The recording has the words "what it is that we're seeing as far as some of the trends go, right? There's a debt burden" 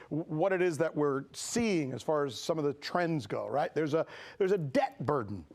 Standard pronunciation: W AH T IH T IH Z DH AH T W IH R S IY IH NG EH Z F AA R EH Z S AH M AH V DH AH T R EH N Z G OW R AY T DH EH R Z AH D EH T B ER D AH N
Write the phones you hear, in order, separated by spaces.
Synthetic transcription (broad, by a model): W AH T IH T IH Z DH AH T W IH R S IY IH NG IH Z F AA R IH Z S AH M AH V DH AH T R EH N Z G OW R AY T DH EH R Z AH D EH T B ER D N